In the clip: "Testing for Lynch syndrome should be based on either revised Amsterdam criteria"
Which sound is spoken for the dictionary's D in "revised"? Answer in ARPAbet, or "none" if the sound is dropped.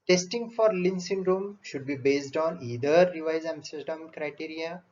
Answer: none